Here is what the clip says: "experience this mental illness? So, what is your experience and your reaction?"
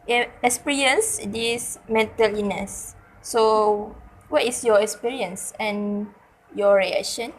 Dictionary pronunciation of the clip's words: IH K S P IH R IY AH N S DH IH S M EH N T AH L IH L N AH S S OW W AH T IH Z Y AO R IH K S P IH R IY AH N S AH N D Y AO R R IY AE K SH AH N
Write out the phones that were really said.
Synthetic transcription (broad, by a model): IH K S P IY R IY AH N S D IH S M EH N T AH L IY N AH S S OW W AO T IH S Y AO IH K S P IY R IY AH N S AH N Y AO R R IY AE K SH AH N